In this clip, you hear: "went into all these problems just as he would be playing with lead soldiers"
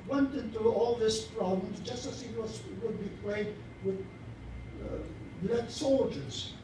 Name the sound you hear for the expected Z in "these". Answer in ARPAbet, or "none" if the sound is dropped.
S